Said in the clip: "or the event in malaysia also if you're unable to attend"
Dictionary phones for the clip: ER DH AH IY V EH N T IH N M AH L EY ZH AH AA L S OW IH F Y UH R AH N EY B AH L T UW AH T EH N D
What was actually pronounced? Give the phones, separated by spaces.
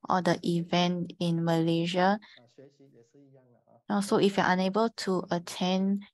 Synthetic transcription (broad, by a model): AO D AH IY V EH N T IH N M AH L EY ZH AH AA S OW IH F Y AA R AH N EY B AH L T UW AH T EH N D